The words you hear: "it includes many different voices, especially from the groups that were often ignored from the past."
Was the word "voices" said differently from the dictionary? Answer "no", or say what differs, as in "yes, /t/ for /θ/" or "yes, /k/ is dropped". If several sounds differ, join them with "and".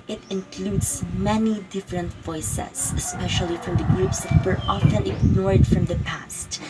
yes, /s/ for /z/